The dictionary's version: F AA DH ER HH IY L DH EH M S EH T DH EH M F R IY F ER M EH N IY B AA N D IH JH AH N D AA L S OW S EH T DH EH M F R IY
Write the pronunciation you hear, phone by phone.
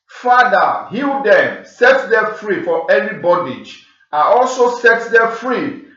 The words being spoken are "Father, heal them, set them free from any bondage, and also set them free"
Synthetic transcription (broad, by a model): F AA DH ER HH IY L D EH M S EH T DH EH F R IY F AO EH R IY B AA D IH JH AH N AA L S OW S EH T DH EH F R IY